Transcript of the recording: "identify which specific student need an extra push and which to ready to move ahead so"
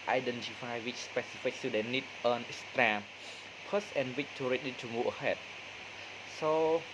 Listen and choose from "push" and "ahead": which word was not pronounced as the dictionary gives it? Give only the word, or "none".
push